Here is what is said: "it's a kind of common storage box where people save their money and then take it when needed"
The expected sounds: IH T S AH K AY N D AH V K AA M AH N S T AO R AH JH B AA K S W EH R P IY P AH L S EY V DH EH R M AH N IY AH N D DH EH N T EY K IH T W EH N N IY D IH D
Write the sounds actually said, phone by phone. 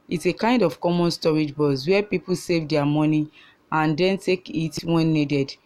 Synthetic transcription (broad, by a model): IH T S AH K AY N D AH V K AA M AH N S T AO R AH JH B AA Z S W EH P IY P AH L S EY V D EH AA M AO N IY AH N D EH N T EY K IH T W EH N N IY D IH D